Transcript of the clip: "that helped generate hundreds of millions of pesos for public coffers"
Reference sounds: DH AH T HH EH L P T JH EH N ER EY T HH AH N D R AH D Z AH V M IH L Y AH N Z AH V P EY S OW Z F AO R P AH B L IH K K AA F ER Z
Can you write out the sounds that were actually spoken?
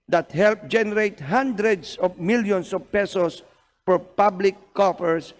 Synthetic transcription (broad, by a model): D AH T HH EH L P JH EH N ER EY T HH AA N D R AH D S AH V M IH L Y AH N S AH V P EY S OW S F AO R P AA B L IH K K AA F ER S